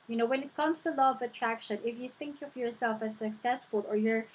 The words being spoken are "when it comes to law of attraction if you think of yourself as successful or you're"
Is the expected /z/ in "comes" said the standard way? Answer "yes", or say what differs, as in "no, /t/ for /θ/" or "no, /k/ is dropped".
no, /s/ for /z/